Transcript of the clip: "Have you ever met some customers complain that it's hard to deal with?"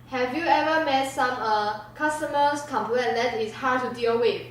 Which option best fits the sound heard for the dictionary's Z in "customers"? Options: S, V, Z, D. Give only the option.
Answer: S